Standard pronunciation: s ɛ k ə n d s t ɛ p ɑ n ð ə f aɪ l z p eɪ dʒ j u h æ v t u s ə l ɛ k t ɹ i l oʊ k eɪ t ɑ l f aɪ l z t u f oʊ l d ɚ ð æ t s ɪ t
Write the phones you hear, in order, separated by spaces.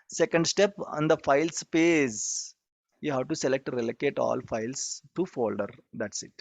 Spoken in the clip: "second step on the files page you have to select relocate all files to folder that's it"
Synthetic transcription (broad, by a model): s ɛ k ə n d s t ɛ p ɑ n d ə f aɪ l s p eɪ z j u h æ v t u s ə l ɛ k t ɹ i l oʊ k eɪ t ɑ l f aɪ l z t u f oʊ l d ɚ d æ t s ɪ t